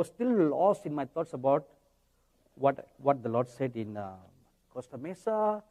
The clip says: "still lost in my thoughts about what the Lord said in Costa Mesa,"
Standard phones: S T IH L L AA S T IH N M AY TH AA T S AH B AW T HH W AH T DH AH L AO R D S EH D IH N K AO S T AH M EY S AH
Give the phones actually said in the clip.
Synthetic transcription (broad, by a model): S T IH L L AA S IH N M AY T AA T S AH B AW T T W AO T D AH L AO D S EH D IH N K AO S T AH M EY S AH